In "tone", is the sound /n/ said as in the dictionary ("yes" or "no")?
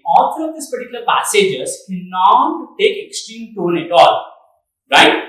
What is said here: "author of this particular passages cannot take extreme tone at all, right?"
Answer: yes